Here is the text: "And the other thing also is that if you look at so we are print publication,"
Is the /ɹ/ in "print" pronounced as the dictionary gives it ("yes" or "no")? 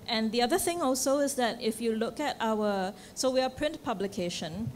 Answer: yes